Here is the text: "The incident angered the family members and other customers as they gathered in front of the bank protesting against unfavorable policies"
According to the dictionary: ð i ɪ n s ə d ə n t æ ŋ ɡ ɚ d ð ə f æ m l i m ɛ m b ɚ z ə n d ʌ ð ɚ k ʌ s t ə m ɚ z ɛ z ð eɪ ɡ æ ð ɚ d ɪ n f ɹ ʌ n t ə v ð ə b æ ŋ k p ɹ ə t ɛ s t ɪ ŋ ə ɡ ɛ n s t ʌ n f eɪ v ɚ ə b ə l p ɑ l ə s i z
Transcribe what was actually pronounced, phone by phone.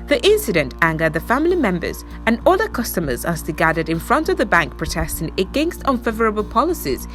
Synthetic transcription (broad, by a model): ð i ɪ n s ə d ə n t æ ŋ ɡ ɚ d ð ə f æ m l i m ɛ m b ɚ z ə n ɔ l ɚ k ʌ s t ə m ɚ z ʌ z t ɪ ɡ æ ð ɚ d ɪ n f ɹ ʌ n t ə v ð ə b æ ŋ k p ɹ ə t ɛ s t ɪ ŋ ə ɡ ɛ n s t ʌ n f eɪ v ɚ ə b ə l p ɑ l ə s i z